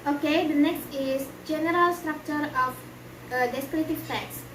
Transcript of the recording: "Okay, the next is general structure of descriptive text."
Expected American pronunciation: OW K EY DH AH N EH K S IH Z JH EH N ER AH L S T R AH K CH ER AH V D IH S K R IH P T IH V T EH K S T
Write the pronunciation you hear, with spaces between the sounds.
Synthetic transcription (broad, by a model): OW K EY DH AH N EH K S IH S JH EH N ER AH L S T R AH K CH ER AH F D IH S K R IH T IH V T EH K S